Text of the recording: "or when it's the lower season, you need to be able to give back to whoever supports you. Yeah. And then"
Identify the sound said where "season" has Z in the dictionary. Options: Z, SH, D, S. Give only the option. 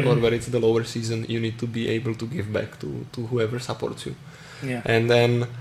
Z